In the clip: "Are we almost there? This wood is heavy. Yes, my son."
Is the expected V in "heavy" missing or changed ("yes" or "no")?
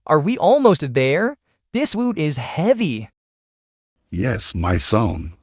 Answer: no